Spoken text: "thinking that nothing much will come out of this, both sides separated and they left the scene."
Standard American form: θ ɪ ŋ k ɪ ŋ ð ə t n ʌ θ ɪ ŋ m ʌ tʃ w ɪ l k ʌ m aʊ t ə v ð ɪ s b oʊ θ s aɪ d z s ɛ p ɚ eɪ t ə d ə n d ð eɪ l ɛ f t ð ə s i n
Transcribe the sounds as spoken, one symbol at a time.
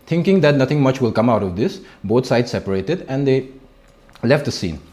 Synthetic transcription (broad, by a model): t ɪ ŋ k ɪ ŋ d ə t n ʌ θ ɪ ŋ m ʌ tʃ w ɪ l k ʌ m aʊ t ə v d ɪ s b oʊ t s aɪ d s ɛ p ɚ eɪ t ə d ə n d eɪ l ɛ f t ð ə s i n